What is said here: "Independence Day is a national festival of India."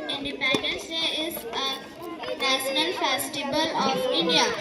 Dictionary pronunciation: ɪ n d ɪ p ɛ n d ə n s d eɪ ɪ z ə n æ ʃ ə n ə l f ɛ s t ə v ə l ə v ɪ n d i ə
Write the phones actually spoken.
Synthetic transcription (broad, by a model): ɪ n d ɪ p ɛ n d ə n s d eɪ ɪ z ə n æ s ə n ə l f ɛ s t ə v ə l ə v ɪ n d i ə